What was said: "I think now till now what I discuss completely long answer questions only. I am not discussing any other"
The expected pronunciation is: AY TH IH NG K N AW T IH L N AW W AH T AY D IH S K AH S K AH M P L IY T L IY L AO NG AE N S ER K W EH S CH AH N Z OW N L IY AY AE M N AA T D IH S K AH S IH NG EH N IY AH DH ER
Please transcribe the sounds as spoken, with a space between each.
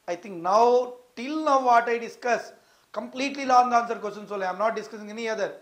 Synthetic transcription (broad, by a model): AY T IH NG K N AW T IH L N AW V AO T AY D IH S K AH S K AH M P L IY T L IY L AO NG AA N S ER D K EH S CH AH N S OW L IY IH M N AA T D IH S K AH S IH NG EH N IY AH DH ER